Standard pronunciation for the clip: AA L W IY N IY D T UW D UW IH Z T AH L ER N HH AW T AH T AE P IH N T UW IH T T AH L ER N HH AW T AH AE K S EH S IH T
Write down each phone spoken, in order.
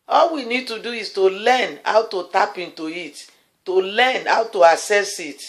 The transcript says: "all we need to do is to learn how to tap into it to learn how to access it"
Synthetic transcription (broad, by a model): AA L W IY N IY D T UW D UW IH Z T AH L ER N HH AW T AH T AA P IH N T UW IH T T AH L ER N HH AW T AH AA S EH S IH T